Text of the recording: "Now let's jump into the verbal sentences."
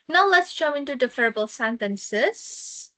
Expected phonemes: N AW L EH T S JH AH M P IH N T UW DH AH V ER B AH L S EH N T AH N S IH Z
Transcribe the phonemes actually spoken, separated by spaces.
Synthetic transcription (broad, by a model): N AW L EH T S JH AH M IH N T UW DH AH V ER B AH L S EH N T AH N S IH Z